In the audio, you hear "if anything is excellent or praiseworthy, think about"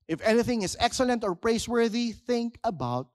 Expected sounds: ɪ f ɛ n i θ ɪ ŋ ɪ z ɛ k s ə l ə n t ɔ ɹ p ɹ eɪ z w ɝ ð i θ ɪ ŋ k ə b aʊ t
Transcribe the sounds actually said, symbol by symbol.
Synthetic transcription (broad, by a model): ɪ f ɛ n i θ ɪ ŋ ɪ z ɛ k s ə l ə n t ɔ ɹ p ɹ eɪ s w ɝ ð i θ ɪ ŋ k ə b aʊ t